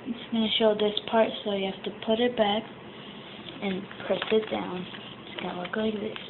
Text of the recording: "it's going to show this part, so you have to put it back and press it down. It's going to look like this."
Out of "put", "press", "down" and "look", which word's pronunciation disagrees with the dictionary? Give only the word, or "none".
none